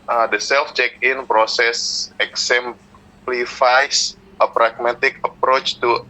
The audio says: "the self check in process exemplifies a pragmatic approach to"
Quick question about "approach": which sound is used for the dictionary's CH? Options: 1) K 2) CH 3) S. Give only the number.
2